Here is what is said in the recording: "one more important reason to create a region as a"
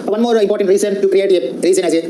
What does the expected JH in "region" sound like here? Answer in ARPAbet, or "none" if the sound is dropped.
Z